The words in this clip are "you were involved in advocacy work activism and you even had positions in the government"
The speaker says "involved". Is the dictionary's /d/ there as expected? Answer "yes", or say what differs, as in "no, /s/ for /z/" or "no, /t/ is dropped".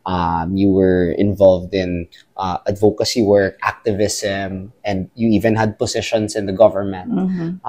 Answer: yes